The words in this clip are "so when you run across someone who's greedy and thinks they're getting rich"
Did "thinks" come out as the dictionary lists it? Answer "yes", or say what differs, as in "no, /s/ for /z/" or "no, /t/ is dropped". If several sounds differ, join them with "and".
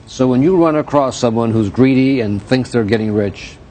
yes